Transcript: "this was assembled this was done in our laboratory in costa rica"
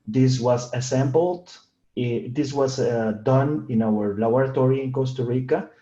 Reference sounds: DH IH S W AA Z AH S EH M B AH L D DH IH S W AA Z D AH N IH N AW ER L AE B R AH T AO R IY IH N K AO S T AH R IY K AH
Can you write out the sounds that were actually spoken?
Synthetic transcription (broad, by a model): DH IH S W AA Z AH S EH M B AH L D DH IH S W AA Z D AH N IH N AW ER L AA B R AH T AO R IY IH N K AO S T AH R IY K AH